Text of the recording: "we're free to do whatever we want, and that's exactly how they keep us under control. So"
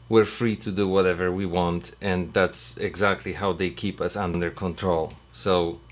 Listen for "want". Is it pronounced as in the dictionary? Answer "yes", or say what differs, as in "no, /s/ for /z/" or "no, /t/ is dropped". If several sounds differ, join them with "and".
yes